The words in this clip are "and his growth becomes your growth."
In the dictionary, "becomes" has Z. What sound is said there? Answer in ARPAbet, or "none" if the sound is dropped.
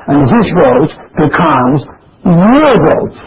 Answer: Z